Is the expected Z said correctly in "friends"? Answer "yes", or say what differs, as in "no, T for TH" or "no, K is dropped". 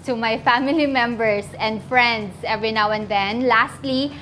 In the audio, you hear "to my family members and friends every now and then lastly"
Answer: no, S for Z